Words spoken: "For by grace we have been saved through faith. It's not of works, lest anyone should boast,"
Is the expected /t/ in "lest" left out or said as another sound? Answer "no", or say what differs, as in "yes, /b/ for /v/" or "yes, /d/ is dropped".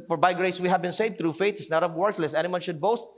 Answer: yes, /t/ is dropped